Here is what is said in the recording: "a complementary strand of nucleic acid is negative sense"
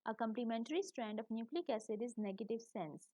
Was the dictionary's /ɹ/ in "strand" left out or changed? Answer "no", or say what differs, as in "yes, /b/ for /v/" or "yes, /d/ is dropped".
no